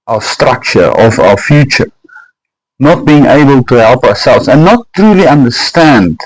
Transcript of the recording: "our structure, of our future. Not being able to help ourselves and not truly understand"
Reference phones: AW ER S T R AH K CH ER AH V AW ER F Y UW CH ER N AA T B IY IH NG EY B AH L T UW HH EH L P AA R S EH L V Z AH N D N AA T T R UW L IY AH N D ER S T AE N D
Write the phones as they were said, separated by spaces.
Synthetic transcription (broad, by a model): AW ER S T R AH K CH ER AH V AW ER F Y UW CH ER N AA T B IY IH NG EY B AH L T UW HH EH L P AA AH S EH L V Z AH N N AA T T R UW L IY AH N D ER S T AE N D